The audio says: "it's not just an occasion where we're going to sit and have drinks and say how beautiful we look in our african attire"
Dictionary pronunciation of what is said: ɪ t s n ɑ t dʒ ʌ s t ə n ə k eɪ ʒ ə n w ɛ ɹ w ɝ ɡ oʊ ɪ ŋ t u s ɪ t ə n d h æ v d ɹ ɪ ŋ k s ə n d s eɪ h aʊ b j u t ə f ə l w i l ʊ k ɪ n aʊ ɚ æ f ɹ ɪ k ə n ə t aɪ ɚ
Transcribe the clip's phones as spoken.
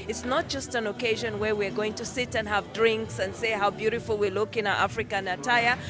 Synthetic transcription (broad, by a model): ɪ t s n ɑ t dʒ ʌ s t ə n ə k eɪ ʒ ə n w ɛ ɹ w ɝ ɡ oʊ ɪ ŋ t u s ɪ t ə n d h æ v d ɹ ɪ ŋ k s ə n d s eɪ h aʊ b j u t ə f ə l w i l ʊ k ɪ n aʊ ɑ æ f ɹ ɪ k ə n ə t aɪ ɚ